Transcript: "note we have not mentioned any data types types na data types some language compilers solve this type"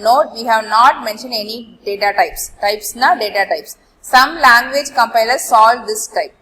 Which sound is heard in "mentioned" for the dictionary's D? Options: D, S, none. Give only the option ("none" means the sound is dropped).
D